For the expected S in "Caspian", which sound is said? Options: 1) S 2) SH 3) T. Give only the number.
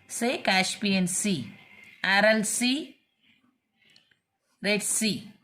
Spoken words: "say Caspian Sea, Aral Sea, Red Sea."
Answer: 2